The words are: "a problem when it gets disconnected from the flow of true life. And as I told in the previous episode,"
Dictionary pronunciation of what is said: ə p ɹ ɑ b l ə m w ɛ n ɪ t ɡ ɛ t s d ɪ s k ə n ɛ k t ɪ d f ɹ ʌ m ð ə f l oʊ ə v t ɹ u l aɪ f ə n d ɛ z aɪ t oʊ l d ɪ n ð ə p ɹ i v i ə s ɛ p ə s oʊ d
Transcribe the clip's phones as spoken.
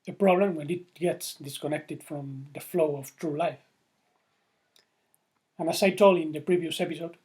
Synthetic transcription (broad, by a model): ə p ɹ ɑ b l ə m w ɛ n ɪ t ɡ ɛ t s d ɪ s k ə n ɛ k t ɪ d f ɹ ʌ m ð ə f l oʊ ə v t ɹ u l aɪ f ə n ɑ s aɪ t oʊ l ɪ n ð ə p ɹ i v i ə s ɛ p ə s oʊ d